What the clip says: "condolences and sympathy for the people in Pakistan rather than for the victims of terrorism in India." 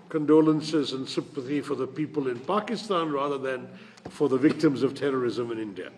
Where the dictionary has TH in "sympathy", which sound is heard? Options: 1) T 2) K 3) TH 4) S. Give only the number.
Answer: 3